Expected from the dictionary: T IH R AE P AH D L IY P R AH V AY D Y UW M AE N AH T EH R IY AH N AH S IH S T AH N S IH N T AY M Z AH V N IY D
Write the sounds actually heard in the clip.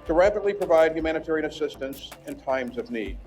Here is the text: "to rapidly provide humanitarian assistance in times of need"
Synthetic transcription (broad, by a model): T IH R AE P AH D L IY P R AH V AY D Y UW M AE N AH T EH R IY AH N AH S IH S T AH N S IH N T AY M Z AH V N IY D